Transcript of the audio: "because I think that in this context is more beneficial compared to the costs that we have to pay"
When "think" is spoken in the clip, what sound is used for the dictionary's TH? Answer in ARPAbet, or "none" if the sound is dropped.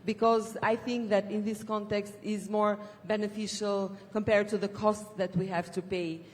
TH